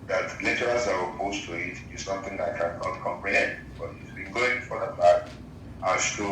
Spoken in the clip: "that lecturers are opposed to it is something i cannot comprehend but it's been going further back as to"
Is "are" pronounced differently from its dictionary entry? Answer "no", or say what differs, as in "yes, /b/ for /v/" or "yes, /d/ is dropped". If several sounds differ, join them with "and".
yes, /w/ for /ɹ/